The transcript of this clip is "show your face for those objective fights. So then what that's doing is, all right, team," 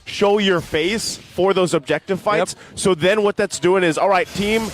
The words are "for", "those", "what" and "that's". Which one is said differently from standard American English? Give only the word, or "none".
none